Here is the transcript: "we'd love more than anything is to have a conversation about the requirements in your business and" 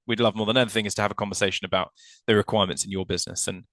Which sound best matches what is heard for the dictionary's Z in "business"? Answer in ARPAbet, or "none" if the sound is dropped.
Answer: Z